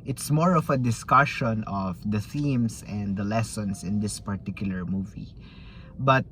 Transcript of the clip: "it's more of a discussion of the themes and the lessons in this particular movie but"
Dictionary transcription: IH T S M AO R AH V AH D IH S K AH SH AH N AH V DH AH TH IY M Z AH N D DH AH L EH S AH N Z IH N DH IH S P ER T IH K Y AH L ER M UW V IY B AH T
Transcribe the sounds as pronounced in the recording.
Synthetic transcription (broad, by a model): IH T S M AO R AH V AH D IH S K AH SH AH N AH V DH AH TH IY M S AH N D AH L EH S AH N S IH N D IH S P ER T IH K Y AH L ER M UW V IY B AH T